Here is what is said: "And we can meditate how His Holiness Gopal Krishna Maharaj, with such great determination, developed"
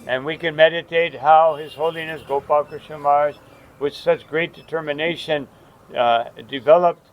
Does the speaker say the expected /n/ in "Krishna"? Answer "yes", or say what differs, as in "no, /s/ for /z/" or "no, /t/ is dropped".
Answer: no, /n/ is dropped